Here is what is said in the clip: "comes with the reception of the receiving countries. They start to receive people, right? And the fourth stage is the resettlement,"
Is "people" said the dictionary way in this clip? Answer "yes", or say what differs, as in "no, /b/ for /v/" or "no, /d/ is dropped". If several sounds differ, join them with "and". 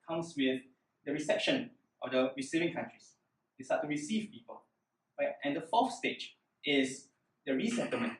yes